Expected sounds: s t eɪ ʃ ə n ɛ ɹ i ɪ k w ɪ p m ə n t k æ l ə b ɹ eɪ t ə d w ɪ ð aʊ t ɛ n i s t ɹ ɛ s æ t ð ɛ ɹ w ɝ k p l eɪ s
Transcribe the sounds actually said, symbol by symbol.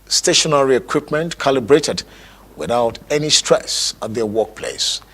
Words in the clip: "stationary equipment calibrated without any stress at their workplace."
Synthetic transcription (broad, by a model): s t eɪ ʃ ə n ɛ ɹ i ɪ k w ɪ p m ə n t k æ l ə b ɹ eɪ t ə d w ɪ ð aʊ t ɛ n i s t ɹ ɛ s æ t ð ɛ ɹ w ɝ k p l eɪ s